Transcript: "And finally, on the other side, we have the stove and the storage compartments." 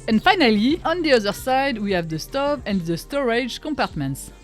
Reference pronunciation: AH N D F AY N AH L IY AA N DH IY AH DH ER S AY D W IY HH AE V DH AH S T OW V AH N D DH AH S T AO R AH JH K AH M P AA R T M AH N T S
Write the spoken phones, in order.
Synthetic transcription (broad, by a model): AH N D F AY N AH L IY AA N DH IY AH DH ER S AY D W IY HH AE V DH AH S T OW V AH N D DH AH S T AO R AH JH K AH M P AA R T M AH N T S